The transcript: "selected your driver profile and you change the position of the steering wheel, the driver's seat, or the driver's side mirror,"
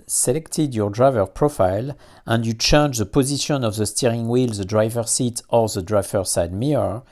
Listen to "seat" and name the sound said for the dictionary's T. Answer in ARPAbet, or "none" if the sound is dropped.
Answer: T